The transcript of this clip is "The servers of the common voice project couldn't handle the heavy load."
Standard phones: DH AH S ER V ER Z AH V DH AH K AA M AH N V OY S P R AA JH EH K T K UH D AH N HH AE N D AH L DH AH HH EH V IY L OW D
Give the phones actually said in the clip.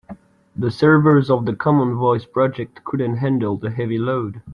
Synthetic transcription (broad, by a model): DH AH S ER V ER Z AH V DH AH K AA M AH N V OY S P R AA JH EH K T K UH D AH N HH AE N D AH L DH AH HH EH V IY L OW D